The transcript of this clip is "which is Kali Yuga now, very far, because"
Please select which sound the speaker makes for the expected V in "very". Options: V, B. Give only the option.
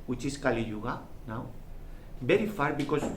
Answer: B